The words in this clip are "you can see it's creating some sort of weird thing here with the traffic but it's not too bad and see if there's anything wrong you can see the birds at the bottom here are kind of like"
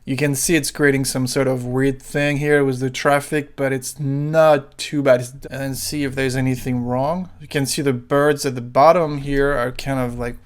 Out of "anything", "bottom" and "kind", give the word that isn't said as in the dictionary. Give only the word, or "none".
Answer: none